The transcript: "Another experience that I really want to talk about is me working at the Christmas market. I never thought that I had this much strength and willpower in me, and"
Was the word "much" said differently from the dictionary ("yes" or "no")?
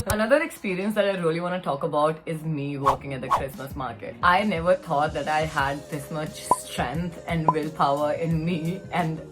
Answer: yes